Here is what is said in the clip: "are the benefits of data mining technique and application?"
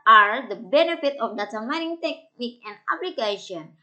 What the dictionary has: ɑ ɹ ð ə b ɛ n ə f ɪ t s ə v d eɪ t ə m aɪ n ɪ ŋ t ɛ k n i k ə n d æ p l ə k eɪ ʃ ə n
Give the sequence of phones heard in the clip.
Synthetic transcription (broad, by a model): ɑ ɹ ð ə b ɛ n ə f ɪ t ə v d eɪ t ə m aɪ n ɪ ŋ t ɛ k n i k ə n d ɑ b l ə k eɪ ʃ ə n